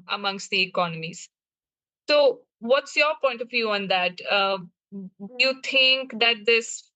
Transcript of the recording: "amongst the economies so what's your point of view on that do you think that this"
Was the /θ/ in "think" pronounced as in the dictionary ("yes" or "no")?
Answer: no